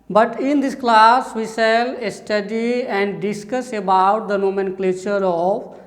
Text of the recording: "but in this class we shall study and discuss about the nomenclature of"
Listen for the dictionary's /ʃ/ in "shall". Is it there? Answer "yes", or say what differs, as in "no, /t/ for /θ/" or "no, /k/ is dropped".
no, /s/ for /ʃ/